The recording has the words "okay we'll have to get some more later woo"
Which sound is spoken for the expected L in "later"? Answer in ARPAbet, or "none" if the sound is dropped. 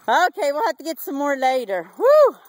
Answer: L